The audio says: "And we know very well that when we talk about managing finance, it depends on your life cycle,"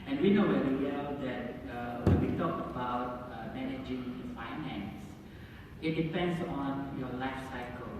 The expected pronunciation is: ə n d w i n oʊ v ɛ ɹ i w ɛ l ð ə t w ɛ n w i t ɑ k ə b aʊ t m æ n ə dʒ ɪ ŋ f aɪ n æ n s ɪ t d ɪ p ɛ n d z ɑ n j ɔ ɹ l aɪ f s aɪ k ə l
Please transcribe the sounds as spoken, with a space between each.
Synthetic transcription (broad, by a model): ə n w i n oʊ w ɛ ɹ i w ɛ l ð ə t w ɛ n w i t ɑ k ə b aʊ t m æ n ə dʒ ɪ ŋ f aɪ n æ n s ɪ t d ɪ p ɛ n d s ɑ n j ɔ l aɪ f s aɪ k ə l